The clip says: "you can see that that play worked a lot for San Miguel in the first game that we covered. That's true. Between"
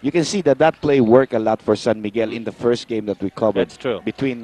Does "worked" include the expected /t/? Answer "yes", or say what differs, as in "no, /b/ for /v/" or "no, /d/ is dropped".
no, /t/ is dropped